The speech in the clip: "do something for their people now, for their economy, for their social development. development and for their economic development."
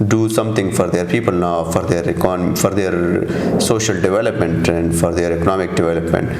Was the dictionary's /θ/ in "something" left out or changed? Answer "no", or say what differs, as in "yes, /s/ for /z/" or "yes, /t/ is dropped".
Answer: yes, /t/ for /θ/